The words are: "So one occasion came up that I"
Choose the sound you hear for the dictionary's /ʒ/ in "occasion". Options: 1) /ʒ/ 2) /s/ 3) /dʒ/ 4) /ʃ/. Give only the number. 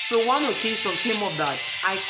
2